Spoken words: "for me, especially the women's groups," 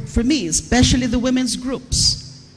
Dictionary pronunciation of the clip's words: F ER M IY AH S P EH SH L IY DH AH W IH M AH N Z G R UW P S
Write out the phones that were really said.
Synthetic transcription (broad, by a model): F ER M IY AH S P EH SH L IY DH AH W IH M AH N Z G R UW P S